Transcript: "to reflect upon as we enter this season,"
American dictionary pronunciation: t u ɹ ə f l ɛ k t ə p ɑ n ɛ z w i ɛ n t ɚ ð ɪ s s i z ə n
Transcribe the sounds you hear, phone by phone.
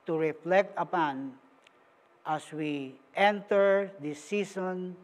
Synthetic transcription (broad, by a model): t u ɹ ə f l ɛ k t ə p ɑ n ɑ s w i ɛ n t ɚ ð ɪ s s i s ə n